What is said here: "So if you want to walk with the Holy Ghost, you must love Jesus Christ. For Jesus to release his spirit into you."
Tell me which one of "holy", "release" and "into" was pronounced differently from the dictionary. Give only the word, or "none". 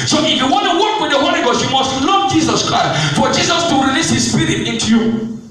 holy